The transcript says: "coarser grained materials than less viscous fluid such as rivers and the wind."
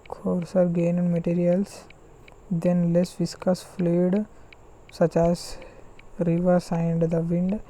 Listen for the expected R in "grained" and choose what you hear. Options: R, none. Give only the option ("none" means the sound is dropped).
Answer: none